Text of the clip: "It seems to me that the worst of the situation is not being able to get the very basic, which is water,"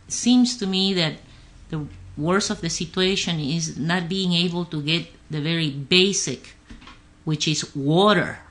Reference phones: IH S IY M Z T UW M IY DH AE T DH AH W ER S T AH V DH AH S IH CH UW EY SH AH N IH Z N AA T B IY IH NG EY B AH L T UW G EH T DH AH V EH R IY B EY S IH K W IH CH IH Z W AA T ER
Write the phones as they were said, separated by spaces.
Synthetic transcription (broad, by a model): S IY M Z T UW M IY DH AE T DH AH W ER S AH V DH AH S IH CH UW EY SH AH N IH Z N AA T B IY IH NG EY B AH L T UW G EH T DH AH V EH R IY B EY S IH K W IH CH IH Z W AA T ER